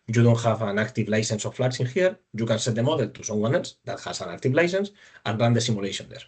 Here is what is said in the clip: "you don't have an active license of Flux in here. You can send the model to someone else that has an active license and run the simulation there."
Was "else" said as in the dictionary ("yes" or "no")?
no